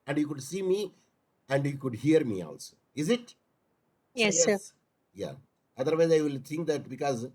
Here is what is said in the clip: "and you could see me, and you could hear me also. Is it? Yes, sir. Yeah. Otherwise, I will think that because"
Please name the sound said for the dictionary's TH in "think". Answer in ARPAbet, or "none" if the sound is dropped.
T